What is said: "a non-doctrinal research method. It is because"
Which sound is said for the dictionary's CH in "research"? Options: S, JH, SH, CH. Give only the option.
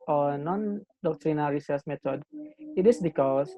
S